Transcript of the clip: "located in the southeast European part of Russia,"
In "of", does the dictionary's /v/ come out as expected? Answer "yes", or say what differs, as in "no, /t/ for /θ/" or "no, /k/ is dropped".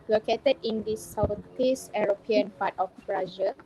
no, /b/ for /v/